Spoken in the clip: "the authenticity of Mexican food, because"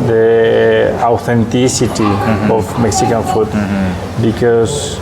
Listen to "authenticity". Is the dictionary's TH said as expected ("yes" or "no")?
no